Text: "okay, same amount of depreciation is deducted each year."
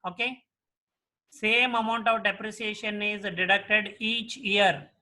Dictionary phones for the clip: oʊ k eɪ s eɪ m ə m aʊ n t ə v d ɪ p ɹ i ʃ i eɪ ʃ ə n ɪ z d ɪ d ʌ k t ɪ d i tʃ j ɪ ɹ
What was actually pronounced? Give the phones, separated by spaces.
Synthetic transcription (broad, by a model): oʊ k eɪ s eɪ m ə m aʊ n t ə v d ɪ p ɹ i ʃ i eɪ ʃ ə n ɪ z d ɪ d ʌ k t ɪ d i tʃ j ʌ ɹ